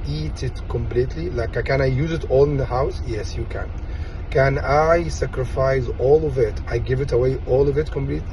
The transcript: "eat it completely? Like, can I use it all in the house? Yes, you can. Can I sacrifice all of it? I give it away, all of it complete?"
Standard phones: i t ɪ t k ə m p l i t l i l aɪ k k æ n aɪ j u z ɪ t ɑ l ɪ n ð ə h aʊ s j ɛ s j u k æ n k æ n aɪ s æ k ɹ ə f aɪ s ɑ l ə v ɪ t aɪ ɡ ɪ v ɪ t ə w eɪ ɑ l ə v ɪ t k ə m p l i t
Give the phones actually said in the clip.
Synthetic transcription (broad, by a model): i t ɪ t k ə m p l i t l i l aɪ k k æ n aɪ j u z ɪ t ɑ l ɪ n ð ə h aʊ s j ɛ s j u k æ n k æ n aɪ s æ k ɹ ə f aɪ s ɑ l ə v ɪ t aɪ ɡ ɪ v ɪ t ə w eɪ ɑ l ə v ɪ t k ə m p l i t